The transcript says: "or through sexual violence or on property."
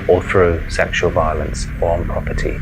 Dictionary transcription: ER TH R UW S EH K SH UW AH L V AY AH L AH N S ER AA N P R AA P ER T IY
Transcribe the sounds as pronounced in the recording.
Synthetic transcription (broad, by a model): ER TH R UW S EH K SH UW AH L V AY AH L AH N S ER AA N P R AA P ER T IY